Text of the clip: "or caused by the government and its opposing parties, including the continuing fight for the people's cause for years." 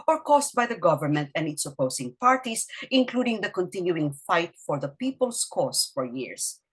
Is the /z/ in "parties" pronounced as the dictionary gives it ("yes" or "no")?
no